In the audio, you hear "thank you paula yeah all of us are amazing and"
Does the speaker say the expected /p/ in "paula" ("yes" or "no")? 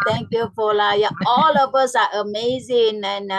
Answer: no